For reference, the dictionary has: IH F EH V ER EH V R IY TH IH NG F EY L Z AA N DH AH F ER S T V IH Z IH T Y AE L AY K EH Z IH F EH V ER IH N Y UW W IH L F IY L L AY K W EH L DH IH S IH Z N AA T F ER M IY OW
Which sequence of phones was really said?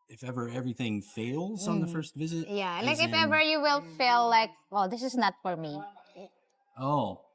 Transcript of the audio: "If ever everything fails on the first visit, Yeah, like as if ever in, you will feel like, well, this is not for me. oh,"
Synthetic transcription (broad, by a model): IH F EH V ER EH V R IY TH IH NG F EY L Z N DH AH F ER S T V IH Z IH T Y AE L AY K IH F EH V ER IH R Y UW W IH L F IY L L AY K W EH L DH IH S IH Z N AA T F ER M IY OW